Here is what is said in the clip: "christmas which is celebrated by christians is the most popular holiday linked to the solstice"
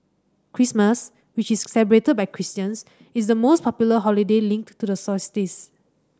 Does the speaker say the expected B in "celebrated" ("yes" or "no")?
no